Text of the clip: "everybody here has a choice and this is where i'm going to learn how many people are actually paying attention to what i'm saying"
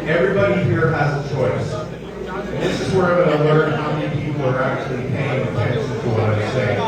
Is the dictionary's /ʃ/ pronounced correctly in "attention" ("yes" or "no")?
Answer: no